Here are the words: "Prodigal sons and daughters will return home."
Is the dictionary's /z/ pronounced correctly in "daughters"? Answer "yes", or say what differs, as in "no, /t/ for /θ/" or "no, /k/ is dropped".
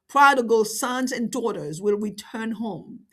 yes